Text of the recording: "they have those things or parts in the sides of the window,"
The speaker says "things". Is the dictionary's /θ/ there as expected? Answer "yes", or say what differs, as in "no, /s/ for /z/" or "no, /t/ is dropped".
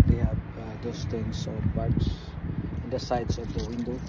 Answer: no, /t/ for /θ/